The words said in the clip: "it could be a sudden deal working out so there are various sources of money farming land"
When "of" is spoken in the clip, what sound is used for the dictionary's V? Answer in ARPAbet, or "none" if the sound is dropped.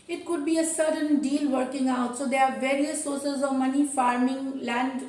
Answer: V